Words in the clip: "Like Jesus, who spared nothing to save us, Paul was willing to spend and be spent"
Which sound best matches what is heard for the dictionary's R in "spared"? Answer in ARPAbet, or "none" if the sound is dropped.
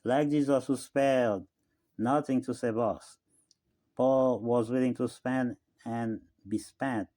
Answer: L